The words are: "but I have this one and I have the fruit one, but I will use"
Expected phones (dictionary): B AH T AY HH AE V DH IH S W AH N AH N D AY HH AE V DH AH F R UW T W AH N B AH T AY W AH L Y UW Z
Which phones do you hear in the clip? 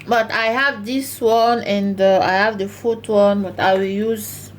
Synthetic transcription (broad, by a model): B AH T AY HH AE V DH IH S W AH N AH N D AY HH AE V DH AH F UW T W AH N B AH T AY W AH L Y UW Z